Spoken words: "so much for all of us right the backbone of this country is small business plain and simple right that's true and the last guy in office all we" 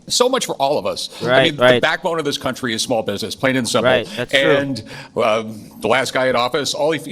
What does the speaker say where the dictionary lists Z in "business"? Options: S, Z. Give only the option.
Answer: Z